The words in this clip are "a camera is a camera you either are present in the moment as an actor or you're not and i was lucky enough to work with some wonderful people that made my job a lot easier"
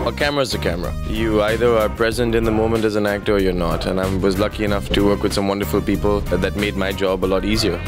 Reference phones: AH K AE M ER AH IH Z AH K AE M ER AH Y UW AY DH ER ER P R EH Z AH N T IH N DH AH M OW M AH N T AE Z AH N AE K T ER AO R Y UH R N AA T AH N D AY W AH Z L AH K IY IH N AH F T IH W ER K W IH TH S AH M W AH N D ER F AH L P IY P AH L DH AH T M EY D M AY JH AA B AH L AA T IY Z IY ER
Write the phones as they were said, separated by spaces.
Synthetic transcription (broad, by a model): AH K AE M ER AH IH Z AH K AE M ER AH Y UW AY DH ER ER P R EH Z AH N T IH N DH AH M OW M AH N T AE Z AH N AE K T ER AO R Y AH R N AA T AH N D AY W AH Z L AH K IY IH N AH F T IH W ER K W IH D S AH M W AH N D ER F AH L P IY P AH L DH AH T M EY D M AY JH AA B AH L AA T IY Z IY ER